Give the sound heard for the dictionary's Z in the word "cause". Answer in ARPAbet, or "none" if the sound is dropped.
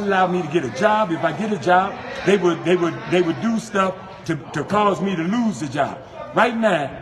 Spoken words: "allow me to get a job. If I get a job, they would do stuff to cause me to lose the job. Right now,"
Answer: Z